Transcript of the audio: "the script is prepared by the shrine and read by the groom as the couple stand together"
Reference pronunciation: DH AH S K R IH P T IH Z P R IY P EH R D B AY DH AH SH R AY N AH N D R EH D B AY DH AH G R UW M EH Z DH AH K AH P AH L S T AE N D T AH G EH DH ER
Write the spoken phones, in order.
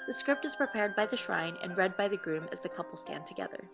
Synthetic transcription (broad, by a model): DH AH S K R IH P T IH Z P R IY P EH R D B AY DH AH SH R AY N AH N R EH D B AY DH AH G R UW M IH Z DH AH K AH P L S T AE N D T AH G EH DH ER